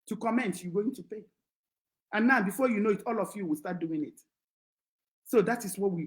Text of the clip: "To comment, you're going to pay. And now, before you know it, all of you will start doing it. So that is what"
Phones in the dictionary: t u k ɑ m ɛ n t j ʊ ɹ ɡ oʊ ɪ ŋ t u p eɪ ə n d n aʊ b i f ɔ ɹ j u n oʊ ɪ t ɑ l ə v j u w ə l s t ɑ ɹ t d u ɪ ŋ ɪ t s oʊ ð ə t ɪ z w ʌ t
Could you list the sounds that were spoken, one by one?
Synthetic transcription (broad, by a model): t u k ɑ m ɛ n t j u ɡ oʊ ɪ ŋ t u p eɪ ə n n aʊ b i f ɔ j u n oʊ ɪ t ɑ l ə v j u w ə l s t ɑ t d u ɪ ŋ ɪ t s oʊ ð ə t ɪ s w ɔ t